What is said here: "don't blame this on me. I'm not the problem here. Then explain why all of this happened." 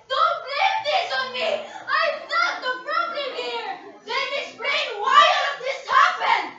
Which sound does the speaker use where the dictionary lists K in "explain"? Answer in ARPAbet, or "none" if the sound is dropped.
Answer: none